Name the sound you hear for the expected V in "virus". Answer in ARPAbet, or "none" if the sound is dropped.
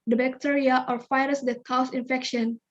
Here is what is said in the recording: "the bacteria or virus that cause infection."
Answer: F